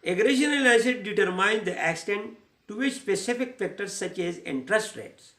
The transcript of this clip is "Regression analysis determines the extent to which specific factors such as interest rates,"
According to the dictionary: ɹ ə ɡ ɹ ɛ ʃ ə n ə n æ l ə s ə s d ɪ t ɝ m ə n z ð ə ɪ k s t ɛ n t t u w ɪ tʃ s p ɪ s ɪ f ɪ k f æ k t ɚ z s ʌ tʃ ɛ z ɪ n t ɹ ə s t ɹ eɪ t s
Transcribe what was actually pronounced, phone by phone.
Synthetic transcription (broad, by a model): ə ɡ ɹ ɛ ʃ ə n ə l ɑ ə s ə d d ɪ t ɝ m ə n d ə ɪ k s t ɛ n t t u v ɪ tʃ s p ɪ s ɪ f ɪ k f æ k t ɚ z s ʌ tʃ ɛ z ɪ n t ɹ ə s t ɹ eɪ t s